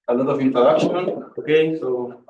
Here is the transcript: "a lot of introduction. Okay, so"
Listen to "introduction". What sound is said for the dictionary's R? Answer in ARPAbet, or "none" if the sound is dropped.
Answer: none